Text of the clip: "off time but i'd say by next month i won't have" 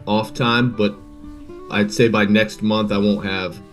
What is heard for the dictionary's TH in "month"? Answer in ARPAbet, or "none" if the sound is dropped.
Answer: TH